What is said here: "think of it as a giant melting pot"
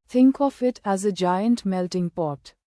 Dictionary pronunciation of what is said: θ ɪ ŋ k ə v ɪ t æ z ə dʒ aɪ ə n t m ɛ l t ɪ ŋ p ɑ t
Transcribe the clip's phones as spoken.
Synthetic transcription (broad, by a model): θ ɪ ŋ k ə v ɪ t æ z ə dʒ aɪ ə n t m ɛ l t ɪ ŋ p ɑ t